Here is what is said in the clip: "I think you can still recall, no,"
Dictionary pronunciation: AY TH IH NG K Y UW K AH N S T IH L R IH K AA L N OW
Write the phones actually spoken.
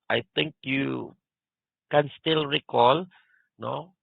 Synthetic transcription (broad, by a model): AY T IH NG K Y UW K AH N S T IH L R IH K AA L N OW